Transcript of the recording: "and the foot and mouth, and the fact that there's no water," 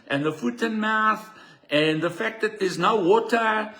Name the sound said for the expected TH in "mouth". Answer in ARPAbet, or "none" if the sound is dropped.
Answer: TH